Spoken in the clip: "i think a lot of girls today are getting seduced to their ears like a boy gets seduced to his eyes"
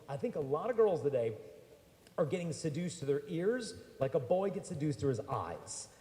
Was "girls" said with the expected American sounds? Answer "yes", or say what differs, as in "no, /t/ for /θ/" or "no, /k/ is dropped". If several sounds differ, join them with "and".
yes